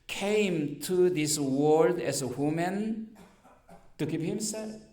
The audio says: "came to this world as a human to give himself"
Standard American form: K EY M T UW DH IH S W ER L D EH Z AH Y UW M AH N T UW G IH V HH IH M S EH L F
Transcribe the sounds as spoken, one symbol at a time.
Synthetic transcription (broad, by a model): K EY M T UW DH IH S W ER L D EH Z AH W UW M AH N T UW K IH P HH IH M S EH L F